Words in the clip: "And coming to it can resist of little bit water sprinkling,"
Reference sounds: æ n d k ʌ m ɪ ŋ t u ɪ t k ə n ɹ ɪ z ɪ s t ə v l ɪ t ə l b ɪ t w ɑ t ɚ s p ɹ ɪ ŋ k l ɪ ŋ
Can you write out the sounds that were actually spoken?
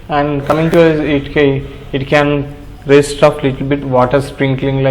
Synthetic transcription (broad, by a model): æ n d k ʌ m ɪ ŋ t u ɪ t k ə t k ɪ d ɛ s t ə p l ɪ t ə l b ɪ t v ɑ t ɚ s p ɹ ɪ ŋ k l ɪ ŋ